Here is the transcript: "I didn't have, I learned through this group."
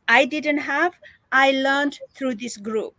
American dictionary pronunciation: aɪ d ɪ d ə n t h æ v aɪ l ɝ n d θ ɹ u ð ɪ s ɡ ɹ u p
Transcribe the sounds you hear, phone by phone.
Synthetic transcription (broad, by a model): aɪ d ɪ d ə n t h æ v aɪ l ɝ n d t ɹ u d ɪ s ɡ ɹ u p